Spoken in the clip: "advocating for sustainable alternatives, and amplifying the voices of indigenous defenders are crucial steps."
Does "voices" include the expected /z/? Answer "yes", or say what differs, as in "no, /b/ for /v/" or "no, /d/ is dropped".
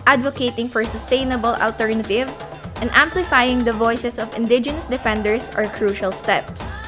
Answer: no, /s/ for /z/